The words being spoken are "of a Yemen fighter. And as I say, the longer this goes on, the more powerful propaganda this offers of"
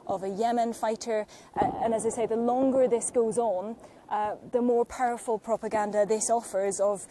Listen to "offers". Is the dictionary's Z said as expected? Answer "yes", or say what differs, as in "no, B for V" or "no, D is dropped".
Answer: yes